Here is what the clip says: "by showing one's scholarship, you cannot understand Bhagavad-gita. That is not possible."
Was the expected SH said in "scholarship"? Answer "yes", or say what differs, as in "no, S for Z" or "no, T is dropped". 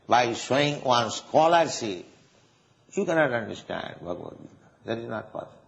no, S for SH